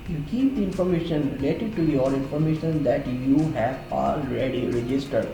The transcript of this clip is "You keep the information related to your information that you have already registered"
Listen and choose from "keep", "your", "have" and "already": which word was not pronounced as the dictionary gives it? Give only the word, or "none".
none